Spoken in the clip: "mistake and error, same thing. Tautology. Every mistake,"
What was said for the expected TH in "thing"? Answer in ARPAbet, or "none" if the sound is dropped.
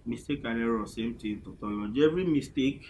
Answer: T